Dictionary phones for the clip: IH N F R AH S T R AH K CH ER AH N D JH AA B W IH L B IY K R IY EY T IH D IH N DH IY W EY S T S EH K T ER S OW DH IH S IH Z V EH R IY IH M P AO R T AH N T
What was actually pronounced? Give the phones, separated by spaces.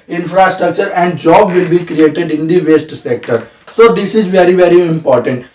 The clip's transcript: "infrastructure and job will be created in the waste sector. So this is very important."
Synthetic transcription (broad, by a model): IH N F R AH S T R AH K CH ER AH N D JH AA B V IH L B IY K R IY EY T IH D IH N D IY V EY S T S EH K T ER S OW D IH S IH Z V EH R IY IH M P AO R T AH N T